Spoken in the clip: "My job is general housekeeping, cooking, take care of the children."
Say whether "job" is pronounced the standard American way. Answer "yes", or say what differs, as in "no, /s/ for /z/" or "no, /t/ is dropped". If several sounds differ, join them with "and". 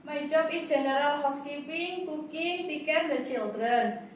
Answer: no, /tʃ/ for /dʒ/